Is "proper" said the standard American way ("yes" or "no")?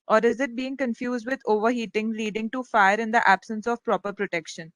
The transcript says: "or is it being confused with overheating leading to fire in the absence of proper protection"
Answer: yes